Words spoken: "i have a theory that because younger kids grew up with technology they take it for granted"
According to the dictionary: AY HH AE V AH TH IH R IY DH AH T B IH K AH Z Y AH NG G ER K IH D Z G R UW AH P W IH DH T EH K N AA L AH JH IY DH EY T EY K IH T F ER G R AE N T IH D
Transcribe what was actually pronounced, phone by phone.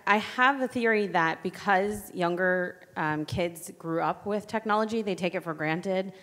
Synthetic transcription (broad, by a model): AY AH V AH TH IH R IY DH AH T B IH K AH Z Y AH NG G ER K IH D Z G R UW AH P W IH DH T EH K N AA L AH JH IY DH EY T EY K IH T F ER G R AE N T IH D